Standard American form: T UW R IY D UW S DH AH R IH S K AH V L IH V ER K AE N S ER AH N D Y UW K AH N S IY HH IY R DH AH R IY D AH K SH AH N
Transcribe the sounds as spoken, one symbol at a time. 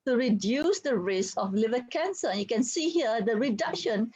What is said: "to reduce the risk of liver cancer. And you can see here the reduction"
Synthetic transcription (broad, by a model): T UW R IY D UW S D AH R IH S AH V L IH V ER K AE N S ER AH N Y UW K AH N S IY HH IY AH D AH R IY D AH K SH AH N